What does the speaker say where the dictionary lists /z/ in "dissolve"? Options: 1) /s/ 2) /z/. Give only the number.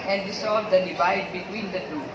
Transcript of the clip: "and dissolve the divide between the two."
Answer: 1